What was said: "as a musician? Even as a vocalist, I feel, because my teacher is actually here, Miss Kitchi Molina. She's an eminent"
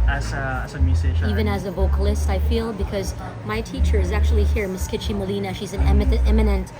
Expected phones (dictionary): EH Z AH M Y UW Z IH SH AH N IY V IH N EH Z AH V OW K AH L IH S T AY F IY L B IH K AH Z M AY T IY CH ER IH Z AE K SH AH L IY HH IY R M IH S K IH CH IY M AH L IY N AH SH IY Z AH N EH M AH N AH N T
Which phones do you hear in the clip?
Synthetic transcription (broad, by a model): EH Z AH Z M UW S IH AH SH IY V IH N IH Z AH V OW K AH L IH S T AY F IY L B IH K AH Z M AY T IY CH ER IH Z AE K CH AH L IY HH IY R M IH S K IH CH IY M AH L IY N AH SH IY Z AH N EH M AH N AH N T